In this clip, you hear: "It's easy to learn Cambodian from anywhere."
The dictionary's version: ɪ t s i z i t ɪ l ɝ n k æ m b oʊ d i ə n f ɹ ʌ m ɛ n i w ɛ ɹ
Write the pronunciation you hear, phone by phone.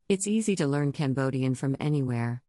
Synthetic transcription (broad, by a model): ɪ t s i z i t ɪ l ɝ n k æ m b oʊ d i ə n f ɹ ʌ m ɛ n i w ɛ ɹ